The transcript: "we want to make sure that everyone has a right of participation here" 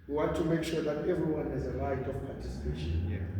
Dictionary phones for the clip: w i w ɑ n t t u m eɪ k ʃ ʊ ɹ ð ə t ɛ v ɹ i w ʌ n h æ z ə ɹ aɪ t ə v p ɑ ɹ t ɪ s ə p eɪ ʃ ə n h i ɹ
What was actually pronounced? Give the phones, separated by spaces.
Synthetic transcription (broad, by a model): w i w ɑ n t t u m eɪ k ʃ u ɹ ð ə t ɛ v ɹ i w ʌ n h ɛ z ə l aɪ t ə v p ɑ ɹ t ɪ s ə p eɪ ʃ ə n